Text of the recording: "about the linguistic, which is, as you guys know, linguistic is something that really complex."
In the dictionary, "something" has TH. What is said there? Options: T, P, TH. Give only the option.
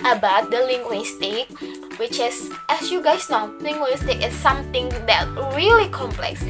T